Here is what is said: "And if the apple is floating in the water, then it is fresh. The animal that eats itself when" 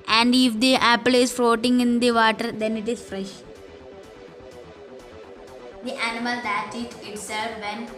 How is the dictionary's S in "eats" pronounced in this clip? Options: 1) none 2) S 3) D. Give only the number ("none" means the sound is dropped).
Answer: 1